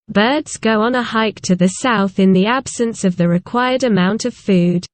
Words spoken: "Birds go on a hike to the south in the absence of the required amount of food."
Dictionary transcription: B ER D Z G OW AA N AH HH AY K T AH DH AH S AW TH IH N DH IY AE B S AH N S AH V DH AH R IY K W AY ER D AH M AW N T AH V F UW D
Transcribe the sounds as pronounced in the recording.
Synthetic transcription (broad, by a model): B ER D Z G OW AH N AH HH AY K T AH DH AH S AW TH IH N DH IY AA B S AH N S AH V DH AH R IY K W AY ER D AH M AW N T AH V F UW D